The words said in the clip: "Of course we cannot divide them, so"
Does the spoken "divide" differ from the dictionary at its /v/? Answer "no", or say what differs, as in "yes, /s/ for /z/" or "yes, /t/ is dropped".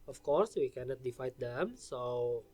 yes, /f/ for /v/